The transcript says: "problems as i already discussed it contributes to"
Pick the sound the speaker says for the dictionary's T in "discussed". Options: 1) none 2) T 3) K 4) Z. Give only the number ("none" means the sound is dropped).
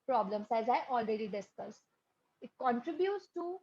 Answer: 1